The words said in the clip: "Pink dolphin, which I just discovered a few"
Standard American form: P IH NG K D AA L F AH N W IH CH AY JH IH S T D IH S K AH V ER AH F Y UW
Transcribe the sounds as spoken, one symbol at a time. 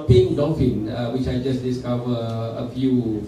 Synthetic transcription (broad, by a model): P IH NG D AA F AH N W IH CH AY JH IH S D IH S K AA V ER AH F Y UW